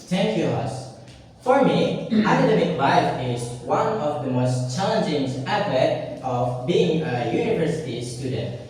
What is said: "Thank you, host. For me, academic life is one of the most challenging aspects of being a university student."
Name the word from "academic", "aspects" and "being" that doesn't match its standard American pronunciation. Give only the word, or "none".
aspects